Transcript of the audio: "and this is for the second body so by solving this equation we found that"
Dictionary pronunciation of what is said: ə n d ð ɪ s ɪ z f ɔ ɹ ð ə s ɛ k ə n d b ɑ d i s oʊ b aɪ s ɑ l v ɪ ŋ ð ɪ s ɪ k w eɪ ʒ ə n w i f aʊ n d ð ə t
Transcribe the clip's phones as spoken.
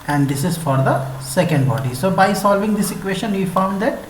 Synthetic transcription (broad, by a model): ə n d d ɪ s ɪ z f ɔ ɹ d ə s ɛ k ə n d b ɑ d i s oʊ b aɪ s ɑ l v ɪ ŋ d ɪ s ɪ k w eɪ ʃ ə n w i f aʊ n d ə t